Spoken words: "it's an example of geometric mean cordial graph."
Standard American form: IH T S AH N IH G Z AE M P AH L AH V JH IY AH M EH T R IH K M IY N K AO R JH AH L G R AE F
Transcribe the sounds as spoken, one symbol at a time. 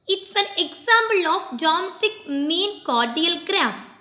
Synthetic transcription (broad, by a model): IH T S AH N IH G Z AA M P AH L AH F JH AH M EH T IH K M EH N K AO R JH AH L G R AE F